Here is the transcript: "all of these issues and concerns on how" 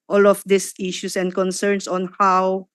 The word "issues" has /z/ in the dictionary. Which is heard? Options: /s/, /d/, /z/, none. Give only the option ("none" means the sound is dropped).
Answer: /s/